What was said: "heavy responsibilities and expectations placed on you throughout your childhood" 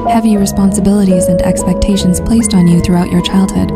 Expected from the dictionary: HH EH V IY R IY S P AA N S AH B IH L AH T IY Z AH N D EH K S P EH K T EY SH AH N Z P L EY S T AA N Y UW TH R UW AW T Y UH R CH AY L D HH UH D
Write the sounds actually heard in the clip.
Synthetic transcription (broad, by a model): HH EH V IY R IY S P AA N S AH B IH L AH T IY Z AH N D EH K S P EH K T EY SH AH N Z P L EY S T N Y UW TH R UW AW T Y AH R CH AY L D HH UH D